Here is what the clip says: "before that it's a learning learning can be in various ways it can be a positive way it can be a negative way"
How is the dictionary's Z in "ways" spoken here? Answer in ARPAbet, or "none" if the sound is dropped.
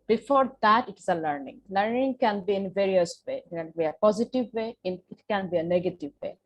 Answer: none